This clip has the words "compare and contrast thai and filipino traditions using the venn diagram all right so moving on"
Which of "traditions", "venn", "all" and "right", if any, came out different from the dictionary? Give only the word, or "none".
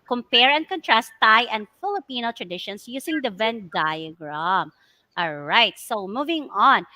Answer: traditions